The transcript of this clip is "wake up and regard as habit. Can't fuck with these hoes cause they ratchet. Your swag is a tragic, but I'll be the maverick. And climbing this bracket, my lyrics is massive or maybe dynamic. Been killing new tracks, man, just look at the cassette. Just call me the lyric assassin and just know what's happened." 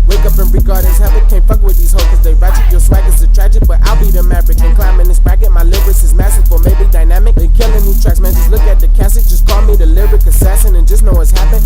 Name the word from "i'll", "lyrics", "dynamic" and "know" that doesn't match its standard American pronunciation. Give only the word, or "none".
lyrics